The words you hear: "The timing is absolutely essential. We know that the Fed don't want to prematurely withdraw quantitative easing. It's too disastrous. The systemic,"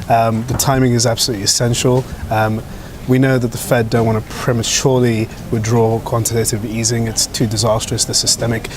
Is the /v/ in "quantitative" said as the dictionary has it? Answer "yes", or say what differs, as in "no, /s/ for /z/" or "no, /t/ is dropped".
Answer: yes